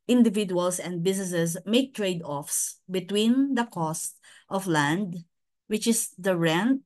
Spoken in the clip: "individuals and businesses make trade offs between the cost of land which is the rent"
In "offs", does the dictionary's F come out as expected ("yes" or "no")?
yes